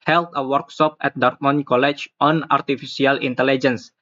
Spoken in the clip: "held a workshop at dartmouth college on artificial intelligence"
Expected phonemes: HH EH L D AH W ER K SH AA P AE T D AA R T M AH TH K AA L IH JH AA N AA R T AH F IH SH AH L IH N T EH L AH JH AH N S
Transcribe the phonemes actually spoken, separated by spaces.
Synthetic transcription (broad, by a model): HH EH L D AH W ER K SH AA P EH T D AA R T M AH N K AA L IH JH AA N AA R T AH F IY S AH L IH N T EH L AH JH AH N S